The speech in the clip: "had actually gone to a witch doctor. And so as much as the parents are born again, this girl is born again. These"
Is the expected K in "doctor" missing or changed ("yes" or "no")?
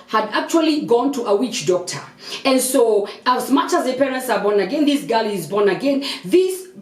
no